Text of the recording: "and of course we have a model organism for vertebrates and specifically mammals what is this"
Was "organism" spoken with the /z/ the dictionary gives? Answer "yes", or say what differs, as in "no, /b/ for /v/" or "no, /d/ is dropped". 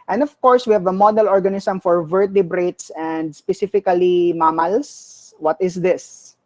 no, /s/ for /z/